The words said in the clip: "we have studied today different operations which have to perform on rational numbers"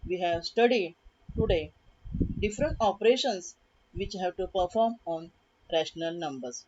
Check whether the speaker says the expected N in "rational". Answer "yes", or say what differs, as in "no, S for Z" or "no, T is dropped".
yes